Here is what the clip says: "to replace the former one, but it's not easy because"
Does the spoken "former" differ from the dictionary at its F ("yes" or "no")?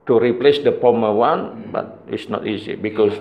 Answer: yes